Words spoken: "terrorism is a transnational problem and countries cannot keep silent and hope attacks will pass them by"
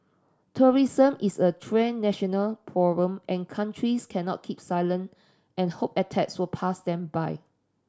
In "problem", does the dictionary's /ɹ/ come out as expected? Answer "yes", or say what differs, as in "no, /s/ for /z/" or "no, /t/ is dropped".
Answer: no, /ɹ/ is dropped